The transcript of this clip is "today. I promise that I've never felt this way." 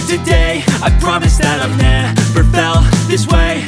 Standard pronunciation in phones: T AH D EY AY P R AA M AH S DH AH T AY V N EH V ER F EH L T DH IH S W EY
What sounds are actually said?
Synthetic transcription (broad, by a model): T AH D EY AY P R AA M AH S DH AH T AY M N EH P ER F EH L DH IH S W EY